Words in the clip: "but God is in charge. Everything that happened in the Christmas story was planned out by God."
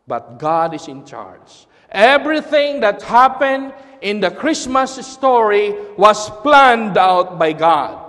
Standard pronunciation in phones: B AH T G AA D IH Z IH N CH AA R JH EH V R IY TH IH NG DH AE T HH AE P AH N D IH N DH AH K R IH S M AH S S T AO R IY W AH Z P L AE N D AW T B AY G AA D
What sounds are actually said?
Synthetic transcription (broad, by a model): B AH T G AA D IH S IH N CH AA R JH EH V R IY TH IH NG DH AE T HH AE P AH N D IH N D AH K R IH S M AH S S T AO R IY W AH S P L AE N D AW T B AY G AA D